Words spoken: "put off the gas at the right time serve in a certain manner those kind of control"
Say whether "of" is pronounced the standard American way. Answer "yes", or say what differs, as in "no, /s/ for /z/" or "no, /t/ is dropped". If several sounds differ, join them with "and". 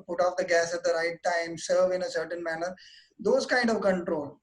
yes